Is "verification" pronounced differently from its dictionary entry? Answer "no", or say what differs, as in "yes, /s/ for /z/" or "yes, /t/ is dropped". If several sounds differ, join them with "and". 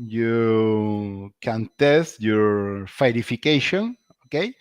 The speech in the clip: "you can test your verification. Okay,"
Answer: yes, /f/ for /v/